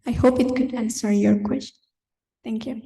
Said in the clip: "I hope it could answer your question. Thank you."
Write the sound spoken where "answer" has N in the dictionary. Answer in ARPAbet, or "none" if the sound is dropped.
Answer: N